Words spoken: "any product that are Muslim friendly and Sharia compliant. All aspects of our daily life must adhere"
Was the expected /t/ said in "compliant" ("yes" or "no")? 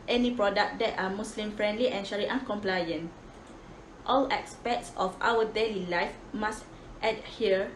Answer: yes